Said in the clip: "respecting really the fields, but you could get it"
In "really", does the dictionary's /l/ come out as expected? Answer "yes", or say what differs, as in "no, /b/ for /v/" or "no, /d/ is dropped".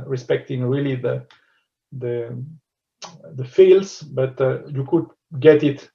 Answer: yes